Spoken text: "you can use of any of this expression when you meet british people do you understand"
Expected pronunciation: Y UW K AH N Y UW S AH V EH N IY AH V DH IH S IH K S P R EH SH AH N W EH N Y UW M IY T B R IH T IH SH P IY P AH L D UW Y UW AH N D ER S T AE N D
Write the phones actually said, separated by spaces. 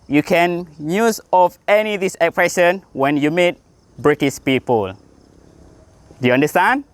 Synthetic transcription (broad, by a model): Y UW K AH N Y UW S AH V EH N IY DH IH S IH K P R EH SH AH N W EH N Y UW M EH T B R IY T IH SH P IY P AH L D UW Y UW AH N D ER S T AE N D